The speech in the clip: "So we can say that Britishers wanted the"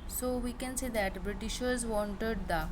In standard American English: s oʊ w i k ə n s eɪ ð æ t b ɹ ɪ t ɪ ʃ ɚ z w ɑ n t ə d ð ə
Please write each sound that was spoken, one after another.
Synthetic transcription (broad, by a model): s oʊ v i k ə n s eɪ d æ t b ɹ ɪ t ɪ ʃ ɚ z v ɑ n t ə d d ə